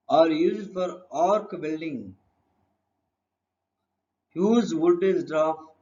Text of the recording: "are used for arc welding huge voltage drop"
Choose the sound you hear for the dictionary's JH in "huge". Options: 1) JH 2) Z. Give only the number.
2